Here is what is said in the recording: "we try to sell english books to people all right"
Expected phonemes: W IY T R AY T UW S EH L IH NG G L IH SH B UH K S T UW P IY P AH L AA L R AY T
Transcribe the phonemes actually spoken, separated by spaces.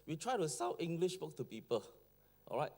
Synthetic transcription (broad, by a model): W IY T R AY T UW S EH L IH NG G L IH SH B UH K T UW P IY P AH L AA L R AY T